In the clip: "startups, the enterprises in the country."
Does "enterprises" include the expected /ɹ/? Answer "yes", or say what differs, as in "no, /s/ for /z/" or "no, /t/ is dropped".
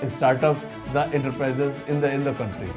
yes